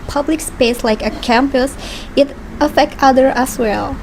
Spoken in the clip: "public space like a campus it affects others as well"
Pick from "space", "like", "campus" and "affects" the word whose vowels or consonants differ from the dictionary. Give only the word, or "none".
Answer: affects